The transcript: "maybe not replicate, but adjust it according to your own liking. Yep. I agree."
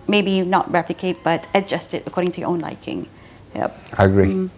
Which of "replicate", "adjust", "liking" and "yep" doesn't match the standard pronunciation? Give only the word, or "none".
none